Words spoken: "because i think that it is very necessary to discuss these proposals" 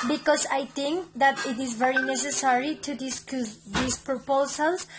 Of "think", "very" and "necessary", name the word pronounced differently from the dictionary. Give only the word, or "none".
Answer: think